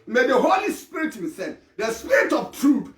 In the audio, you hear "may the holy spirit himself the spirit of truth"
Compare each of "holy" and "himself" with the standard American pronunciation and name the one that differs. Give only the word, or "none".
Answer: himself